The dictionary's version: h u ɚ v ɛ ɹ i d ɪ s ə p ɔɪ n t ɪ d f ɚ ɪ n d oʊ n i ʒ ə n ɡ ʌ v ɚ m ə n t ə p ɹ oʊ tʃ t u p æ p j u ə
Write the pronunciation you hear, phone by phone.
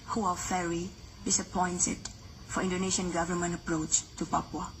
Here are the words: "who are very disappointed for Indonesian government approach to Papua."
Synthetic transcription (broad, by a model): h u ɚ f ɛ ɹ i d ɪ s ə p ɔɪ n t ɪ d f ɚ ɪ n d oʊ n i ʃ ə n ɡ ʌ v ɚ m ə n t ə p ɹ oʊ tʃ t u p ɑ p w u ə